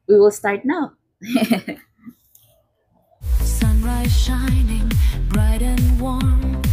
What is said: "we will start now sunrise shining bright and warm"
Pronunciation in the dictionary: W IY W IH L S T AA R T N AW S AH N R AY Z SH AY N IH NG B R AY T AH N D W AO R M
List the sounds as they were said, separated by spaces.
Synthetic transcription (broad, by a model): W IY W IH L S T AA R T N AW S AH N R AY Z SH AY N IH NG B R AY T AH N W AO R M